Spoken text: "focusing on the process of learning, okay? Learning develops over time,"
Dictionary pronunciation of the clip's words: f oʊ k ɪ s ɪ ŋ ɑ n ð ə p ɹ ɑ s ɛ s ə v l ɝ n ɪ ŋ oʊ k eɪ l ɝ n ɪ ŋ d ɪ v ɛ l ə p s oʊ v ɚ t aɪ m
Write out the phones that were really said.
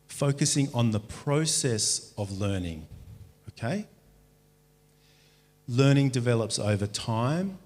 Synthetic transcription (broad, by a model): f oʊ k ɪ s ɪ ŋ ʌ n ð ə p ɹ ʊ s ɛ s ə v l ɝ n ɪ ŋ oʊ k eɪ l ɝ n ɪ ŋ d ɪ v ɛ l ə p s oʊ v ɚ t aɪ m